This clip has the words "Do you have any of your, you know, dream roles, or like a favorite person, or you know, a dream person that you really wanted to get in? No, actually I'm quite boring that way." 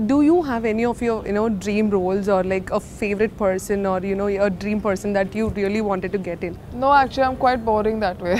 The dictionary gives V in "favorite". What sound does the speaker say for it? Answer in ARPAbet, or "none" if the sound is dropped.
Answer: V